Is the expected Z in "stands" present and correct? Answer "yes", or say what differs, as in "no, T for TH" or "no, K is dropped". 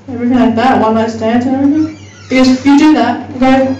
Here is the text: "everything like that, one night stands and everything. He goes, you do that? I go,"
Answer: no, Z is dropped